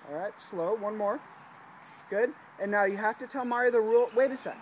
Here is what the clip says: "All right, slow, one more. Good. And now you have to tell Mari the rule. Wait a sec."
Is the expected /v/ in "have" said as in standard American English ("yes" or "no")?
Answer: no